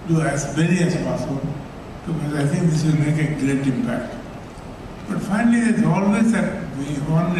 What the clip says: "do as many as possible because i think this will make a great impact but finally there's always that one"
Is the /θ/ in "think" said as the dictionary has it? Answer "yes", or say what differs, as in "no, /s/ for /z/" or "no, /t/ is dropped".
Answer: no, /t/ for /θ/